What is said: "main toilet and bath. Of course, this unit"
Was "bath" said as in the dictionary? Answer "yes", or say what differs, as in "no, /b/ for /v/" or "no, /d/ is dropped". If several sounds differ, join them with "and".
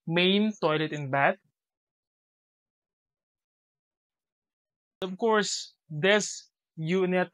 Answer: no, /t/ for /θ/